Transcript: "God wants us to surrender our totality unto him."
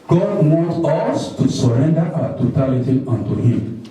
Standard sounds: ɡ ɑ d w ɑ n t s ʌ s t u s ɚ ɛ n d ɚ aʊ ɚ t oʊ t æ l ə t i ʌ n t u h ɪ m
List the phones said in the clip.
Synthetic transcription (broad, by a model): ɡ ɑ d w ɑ t ʌ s t u s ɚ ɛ n d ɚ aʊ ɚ t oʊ t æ l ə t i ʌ n t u h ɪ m